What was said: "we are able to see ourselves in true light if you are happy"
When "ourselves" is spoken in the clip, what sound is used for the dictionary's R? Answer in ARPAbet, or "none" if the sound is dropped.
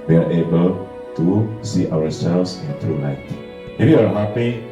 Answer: W